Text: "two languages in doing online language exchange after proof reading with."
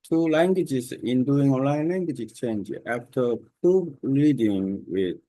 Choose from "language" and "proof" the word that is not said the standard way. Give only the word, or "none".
proof